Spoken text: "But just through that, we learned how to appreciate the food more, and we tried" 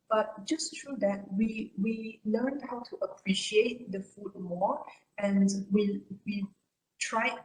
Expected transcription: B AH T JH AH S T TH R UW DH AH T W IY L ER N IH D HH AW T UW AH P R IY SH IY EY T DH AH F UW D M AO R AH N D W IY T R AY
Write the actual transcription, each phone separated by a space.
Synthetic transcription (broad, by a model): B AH T JH AH S T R UW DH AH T W IY W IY L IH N HH AW T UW AH P R IY SH IY EY T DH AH F UW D M AO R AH N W W IY T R AY